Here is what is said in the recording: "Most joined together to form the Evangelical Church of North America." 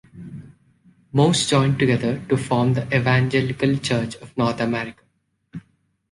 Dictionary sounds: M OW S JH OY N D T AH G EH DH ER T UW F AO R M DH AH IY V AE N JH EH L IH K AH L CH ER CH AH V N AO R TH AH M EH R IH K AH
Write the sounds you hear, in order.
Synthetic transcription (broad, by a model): M OW S JH OY N D T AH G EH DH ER T UW F AO R M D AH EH V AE N JH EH L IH K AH L CH ER CH AH V N AO R T AH M EH R IH K AH